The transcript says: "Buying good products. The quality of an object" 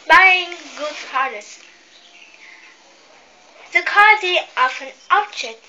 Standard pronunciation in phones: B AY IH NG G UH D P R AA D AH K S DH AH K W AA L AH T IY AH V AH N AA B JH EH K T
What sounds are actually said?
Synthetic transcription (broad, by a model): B AY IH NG G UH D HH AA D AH S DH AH K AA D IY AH F AH N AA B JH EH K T